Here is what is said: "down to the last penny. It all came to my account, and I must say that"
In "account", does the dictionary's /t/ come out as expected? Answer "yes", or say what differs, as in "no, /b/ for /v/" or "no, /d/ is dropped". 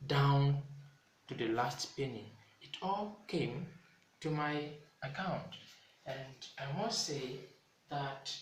yes